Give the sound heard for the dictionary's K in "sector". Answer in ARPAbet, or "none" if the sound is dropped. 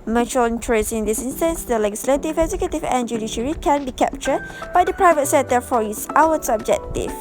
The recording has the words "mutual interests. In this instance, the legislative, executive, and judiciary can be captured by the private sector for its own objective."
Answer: none